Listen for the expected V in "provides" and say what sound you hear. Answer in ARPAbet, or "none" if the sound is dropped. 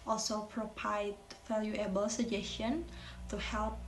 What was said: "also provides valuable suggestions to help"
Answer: P